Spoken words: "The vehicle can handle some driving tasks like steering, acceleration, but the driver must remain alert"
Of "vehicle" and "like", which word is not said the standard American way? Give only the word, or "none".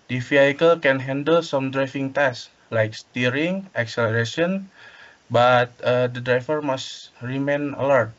vehicle